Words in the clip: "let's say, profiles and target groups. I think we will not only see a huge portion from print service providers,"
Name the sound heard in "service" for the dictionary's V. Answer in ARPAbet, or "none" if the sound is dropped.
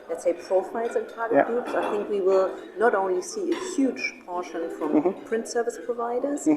V